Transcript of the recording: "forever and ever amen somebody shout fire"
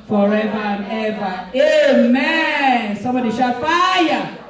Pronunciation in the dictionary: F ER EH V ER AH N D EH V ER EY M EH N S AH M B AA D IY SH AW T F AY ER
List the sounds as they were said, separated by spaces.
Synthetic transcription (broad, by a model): F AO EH V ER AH N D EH V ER EY M EH N S AH M B AA D IY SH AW F AY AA